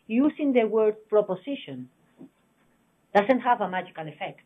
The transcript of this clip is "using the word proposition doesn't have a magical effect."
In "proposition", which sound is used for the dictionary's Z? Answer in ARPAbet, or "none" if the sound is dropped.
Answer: S